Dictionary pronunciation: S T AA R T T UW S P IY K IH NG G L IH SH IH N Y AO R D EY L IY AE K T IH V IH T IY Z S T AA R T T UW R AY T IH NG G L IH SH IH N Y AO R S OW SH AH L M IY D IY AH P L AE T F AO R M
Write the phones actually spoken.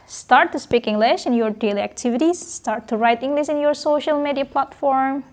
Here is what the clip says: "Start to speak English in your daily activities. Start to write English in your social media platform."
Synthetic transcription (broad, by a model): S T AA R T T UW S P IY K IH NG G L IH SH IH N Y AO R D EY L IY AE K T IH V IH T IY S T AA R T T UW R AY T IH NG G L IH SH IH N Y AO R S OW SH AH L M IY D IY AH P L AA T F AO R M